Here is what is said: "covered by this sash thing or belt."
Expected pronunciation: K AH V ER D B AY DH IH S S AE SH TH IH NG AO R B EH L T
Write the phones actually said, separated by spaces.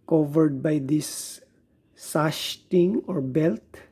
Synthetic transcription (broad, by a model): K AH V ER D B AY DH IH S S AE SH T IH NG AO R B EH L T